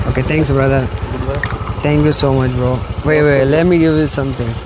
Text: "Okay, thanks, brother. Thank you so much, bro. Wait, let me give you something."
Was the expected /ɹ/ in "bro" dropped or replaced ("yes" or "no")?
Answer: yes